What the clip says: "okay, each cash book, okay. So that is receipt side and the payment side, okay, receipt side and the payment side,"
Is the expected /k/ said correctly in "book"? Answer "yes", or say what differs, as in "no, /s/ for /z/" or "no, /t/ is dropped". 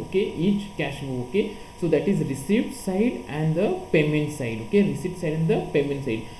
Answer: no, /k/ is dropped